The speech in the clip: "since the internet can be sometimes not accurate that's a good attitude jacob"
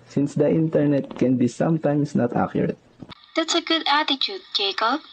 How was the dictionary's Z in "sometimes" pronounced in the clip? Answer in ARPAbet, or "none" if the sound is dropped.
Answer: S